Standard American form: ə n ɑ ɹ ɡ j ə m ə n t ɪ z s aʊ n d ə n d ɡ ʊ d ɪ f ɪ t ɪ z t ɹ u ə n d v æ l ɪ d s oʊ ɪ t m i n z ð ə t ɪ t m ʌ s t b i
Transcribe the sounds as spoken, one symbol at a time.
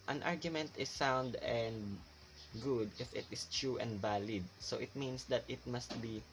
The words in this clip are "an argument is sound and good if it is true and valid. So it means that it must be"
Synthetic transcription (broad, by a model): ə n ɑ ɹ ɡ j ə m ə n t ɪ s aʊ n d ə n d ɡ ʊ d ɪ f ɪ t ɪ s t ɹ u ə n d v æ l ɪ d s oʊ ɪ t m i n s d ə t ɪ t m ʌ s t b i